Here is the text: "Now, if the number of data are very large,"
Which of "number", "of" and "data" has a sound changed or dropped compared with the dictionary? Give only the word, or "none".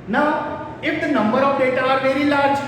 of